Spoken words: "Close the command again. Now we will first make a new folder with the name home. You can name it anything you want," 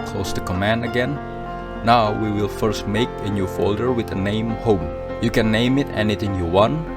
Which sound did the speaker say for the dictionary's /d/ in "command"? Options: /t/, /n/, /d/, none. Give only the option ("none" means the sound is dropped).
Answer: /d/